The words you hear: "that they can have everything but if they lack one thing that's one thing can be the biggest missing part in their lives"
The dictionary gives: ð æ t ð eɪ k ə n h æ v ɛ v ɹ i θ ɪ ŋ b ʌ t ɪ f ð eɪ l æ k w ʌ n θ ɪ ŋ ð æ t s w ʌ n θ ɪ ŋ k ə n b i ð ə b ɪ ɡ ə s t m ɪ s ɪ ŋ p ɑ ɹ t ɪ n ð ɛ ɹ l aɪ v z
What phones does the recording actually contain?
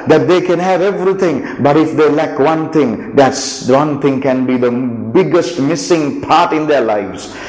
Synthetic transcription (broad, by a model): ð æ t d eɪ k ə n h æ v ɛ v ɹ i t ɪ ŋ b ʌ t ɪ f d eɪ l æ k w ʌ n t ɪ ŋ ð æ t s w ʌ n t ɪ ŋ k ə n b i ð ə b ɪ ɡ ə s t m ɪ s ɪ ŋ p ɑ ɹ t ɪ n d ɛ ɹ l aɪ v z